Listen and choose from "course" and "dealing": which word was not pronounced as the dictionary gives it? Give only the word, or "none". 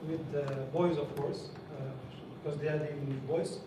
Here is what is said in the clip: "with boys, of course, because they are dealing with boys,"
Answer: dealing